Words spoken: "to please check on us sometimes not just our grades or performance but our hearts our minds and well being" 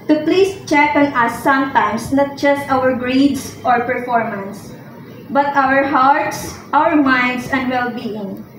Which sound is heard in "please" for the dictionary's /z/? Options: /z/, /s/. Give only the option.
/s/